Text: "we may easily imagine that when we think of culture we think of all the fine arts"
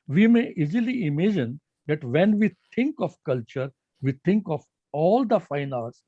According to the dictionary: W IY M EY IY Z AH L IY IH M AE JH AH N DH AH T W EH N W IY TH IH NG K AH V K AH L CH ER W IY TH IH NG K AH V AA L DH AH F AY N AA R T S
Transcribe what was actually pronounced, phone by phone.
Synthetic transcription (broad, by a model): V IY M EY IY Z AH L IY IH M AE JH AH N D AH T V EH N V IY T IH NG K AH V K AH L CH ER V IY T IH NG K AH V AA L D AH F AY N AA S